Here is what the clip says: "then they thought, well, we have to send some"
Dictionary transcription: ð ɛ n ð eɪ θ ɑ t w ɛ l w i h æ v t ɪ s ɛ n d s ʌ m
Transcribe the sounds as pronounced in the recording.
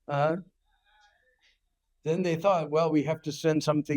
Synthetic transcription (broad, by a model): ð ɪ n ð eɪ θ ɑ t w ɛ l w i h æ f t ɪ s ɛ n d s ʌ m